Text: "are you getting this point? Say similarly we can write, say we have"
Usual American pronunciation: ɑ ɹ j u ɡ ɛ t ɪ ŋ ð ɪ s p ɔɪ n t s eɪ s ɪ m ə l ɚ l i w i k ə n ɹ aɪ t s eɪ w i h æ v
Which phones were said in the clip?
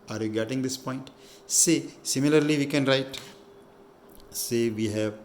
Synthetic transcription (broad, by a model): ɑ ɹ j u ɡ ɛ t ɪ ŋ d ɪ s p ɔɪ n t s eɪ s ɪ m ə l ɚ l i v i k ə n ɹ aɪ t s eɪ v i h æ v